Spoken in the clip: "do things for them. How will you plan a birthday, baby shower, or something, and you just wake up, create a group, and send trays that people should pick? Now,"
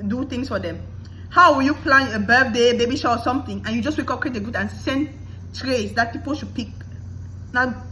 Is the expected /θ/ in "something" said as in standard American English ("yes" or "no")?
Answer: no